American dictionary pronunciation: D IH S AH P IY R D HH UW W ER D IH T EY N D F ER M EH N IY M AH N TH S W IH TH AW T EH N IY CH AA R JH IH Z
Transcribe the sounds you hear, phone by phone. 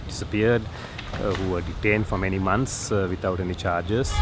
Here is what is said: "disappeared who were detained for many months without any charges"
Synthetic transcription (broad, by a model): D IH S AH P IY R D HH UW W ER D IH T EY N D F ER M EH N IY M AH N T S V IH T AW T EH N IY CH AA R JH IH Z